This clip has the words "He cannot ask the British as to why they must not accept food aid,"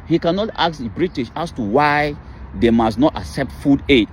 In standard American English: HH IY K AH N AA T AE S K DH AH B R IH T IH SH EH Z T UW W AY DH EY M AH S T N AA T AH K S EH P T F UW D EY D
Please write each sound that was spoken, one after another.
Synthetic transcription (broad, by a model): HH IY K AH N AA T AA K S B R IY T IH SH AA S T UW W AY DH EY M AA S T N AA T AH K S EH P T F UW D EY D